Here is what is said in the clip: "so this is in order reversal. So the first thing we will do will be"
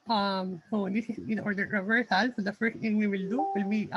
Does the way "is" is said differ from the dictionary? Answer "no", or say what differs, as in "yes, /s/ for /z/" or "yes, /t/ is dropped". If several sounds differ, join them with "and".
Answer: yes, /s/ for /z/